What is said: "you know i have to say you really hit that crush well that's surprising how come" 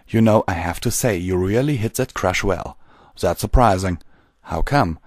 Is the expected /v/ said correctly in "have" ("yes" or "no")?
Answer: no